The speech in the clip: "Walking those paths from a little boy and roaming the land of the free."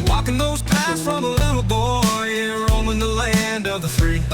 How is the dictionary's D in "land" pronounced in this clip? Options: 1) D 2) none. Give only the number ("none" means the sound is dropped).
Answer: 1